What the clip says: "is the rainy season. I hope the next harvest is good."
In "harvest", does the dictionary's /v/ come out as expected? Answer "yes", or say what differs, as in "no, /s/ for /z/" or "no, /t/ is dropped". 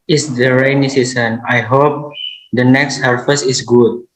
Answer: no, /f/ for /v/